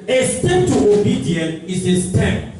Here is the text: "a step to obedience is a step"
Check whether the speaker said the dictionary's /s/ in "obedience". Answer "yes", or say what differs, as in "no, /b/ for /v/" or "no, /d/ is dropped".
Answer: no, /s/ is dropped